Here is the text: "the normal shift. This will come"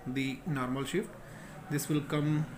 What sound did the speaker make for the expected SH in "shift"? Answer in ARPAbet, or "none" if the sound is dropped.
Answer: SH